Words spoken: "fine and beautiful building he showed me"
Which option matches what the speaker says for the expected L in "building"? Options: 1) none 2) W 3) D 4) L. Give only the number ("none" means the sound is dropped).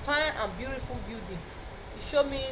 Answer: 1